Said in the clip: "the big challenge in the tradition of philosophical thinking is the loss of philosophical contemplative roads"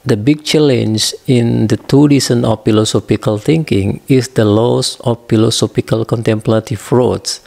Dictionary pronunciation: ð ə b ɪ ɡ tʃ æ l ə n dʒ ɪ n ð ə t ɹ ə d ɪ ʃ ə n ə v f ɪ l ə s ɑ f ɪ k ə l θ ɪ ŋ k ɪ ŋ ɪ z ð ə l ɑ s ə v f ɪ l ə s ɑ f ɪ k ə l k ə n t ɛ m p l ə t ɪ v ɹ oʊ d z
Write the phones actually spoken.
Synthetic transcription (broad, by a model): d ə b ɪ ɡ tʃ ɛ l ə n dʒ ɪ n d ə t ə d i s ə n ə f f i l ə s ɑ p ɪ k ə l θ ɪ ŋ k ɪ ŋ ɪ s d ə l ɑ s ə f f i l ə s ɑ p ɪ k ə l k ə n t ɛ m p l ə t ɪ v ɹ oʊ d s